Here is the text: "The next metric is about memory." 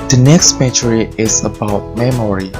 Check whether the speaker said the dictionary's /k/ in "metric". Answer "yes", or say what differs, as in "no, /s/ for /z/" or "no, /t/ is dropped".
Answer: no, /k/ is dropped